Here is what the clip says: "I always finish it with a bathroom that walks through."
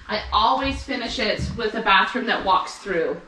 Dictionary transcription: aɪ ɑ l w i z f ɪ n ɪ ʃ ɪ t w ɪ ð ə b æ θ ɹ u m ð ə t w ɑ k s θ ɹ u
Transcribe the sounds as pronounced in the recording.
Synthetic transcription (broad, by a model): aɪ ɑ l w i z f ɪ n ɪ ʃ ɪ t w ɪ ð ə b æ θ ɹ u m ð ə t w ɑ k s θ ɹ u